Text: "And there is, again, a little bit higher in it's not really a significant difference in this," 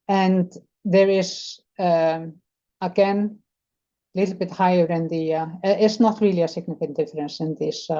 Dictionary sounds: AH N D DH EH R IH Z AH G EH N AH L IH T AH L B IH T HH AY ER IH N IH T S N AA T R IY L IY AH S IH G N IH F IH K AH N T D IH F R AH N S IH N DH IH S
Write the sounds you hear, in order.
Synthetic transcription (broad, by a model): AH N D DH EH R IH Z AH G EH N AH L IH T L B IH T HH AY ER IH N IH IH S N AA T R IY L IY AH S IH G N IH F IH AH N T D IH F R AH N S IH N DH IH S